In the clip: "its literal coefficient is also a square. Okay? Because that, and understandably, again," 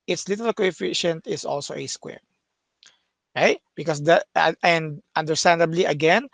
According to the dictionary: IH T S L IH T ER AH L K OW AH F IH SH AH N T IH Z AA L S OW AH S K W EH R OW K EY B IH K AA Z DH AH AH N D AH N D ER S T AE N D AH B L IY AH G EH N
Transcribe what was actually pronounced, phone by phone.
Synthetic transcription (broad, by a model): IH T S L IH T ER AH L K OW AH F IH SH AH N T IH S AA L S OW AH S K W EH R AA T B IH K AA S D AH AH N D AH N D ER S T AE N D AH B L IY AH G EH N